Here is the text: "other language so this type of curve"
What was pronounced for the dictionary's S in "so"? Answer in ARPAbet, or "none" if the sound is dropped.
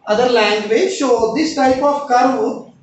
SH